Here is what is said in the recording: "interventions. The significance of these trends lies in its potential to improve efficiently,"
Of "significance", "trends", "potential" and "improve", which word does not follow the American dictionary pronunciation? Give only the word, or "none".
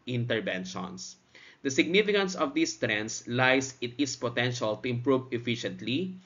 trends